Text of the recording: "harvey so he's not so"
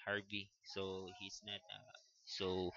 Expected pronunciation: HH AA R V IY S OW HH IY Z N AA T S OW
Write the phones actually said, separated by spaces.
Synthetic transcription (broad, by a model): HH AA R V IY S OW HH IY S N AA T S OW